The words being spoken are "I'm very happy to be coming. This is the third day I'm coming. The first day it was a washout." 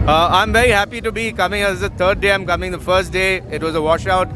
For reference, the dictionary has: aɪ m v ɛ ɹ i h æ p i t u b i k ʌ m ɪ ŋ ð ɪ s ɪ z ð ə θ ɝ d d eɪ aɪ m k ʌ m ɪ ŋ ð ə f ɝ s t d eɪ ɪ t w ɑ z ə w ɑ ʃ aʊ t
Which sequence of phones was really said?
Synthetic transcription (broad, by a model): aɪ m v ɛ ɹ i h æ p i t u b i k ʌ m ɪ ŋ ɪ ɪ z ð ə t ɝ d d eɪ aɪ m k ʌ m ɪ ŋ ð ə f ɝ s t d eɪ ɪ t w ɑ z ə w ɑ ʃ aʊ t